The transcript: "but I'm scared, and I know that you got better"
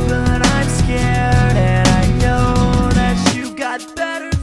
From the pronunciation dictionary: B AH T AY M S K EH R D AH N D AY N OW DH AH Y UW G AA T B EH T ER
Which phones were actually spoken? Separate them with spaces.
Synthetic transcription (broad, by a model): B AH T AY M S K EH R D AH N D AY N OW DH AH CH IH G AA T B EH T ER